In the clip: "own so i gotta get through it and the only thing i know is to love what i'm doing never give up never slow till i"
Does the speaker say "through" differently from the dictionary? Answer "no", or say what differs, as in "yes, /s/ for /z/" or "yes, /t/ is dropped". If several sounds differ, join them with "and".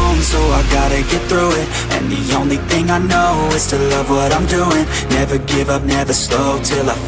no